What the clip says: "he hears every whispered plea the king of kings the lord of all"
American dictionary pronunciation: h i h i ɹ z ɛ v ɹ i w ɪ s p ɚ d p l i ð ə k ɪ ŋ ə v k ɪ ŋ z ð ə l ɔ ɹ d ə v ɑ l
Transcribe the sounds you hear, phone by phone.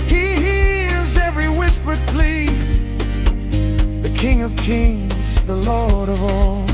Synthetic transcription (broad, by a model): h i h i ɹ z ɛ v ɹ i w ɪ s p ɚ d p l i ð ə k ɪ ŋ ə v k ɪ ŋ z ð ə l ɔ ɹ d ə v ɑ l